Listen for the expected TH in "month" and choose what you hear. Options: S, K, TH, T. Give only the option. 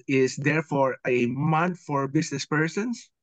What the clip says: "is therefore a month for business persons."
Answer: T